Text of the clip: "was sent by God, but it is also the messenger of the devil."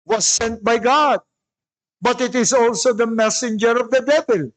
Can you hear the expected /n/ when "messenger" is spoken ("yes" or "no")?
yes